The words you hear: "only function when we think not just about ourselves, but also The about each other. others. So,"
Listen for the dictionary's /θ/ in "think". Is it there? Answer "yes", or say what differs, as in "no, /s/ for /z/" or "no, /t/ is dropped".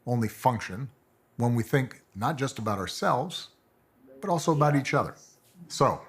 yes